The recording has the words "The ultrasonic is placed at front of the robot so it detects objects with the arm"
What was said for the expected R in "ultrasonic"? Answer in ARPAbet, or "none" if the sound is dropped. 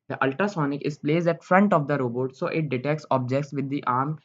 none